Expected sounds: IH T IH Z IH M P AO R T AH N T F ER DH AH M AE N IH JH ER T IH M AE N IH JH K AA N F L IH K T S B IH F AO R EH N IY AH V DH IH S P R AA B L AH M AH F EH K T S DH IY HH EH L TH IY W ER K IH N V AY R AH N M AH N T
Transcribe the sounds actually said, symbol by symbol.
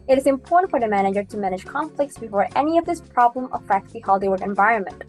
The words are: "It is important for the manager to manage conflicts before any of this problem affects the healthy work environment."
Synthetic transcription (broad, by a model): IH T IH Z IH M P AO R T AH N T F ER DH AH M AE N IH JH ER T IH M AE N IH JH K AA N F L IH K T S B IH F AO R EH N IY AH V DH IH S P R AA B L AH M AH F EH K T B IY HH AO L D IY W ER IH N V AY R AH N M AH N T